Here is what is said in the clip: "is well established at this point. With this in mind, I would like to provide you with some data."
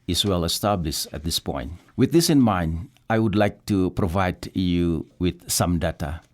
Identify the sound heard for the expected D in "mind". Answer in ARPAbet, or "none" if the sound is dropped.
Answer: D